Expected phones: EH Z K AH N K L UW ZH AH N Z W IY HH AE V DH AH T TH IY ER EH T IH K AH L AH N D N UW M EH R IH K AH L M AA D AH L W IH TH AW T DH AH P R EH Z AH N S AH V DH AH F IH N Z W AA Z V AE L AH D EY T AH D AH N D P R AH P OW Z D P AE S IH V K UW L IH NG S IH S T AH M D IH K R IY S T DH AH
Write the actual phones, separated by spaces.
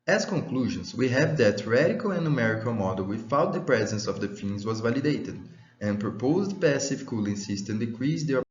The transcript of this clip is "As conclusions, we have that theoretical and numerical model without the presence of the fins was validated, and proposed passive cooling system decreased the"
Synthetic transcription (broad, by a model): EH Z K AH K L UW ZH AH N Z W IY HH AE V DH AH T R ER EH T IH K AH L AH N N UW M EH R IH K AH L M AA D AH L W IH F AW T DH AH P R EH Z AH N S AH V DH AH F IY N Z W AA Z V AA L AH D EY T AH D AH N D P R AH P OW Z D P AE S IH F K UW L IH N S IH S T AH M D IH K R IY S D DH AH